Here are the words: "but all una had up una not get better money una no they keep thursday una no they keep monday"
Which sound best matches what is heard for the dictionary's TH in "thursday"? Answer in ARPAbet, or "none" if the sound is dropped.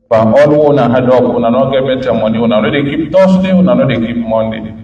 T